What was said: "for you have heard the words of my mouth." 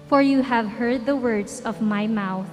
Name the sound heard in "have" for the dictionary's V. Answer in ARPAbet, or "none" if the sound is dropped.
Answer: V